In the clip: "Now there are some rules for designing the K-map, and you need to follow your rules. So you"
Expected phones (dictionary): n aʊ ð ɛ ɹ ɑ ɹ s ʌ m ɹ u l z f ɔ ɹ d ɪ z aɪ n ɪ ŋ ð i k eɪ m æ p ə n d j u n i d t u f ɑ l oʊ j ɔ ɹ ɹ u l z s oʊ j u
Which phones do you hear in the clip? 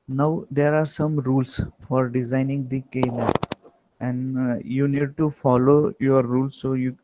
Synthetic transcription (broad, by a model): n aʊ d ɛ ɹ ɑ ɹ s ʌ m ɹ u l s f ɔ ɹ d ɪ z aɪ n ɪ ŋ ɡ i k eɪ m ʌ ə n d j u n i d t u f ɑ l oʊ j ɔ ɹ ɹ u l s oʊ j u